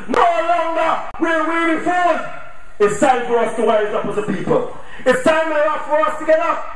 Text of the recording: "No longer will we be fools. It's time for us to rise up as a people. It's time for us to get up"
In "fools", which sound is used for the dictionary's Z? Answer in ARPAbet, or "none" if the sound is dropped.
none